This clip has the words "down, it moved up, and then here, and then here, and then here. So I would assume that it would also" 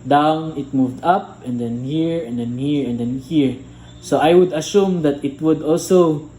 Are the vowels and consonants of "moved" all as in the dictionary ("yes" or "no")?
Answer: yes